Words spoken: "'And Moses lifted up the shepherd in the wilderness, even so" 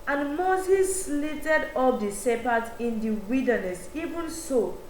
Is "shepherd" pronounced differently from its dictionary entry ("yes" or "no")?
yes